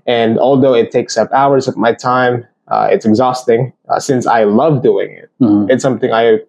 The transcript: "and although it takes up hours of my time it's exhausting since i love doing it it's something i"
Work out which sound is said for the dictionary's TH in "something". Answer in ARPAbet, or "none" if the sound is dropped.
TH